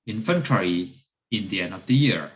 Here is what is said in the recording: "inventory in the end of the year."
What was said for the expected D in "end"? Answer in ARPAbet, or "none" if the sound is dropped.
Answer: D